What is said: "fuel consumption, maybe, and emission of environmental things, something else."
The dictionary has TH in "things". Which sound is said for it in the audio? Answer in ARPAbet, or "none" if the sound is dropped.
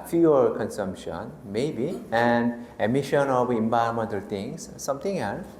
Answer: T